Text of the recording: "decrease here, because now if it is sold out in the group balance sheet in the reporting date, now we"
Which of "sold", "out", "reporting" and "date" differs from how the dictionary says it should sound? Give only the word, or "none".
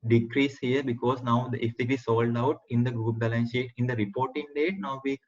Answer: none